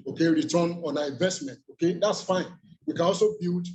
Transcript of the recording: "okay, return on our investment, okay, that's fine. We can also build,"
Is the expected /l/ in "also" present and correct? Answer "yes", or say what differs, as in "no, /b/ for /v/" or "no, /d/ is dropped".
yes